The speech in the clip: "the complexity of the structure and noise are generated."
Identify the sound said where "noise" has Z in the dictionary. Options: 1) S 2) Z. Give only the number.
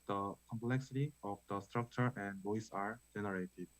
1